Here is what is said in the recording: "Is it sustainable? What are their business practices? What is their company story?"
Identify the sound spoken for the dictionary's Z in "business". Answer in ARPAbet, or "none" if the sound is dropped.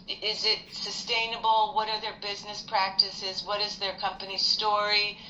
Z